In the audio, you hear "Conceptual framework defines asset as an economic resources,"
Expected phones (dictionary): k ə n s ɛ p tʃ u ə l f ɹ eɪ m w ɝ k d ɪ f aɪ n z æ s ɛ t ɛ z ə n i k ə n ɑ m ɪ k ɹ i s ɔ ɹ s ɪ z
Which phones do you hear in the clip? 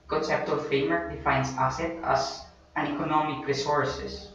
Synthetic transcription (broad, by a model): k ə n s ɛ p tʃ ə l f eɪ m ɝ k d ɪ f aɪ n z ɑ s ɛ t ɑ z ə n i k ə n ɑ m ɪ k ɹ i s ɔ ɹ s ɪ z